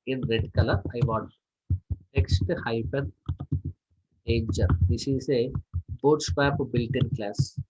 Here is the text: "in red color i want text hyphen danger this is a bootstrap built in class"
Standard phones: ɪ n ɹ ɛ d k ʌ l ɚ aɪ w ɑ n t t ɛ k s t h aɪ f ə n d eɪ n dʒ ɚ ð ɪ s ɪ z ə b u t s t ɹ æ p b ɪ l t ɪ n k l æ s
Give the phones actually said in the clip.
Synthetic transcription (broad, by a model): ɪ n ɹ ɛ d k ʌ l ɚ aɪ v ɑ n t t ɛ k s t h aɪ p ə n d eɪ n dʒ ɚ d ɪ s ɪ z ə b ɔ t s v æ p b ɪ l t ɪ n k l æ s